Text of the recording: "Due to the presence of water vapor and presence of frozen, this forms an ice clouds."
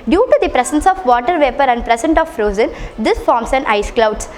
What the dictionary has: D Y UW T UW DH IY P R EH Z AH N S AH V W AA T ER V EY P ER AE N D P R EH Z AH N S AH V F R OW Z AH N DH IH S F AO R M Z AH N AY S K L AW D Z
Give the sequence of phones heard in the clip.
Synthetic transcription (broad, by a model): D Y UW T UW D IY P R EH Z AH N S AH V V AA T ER V EY P ER AE N D P R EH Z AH N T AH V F R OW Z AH N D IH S F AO R M S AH N AY S K L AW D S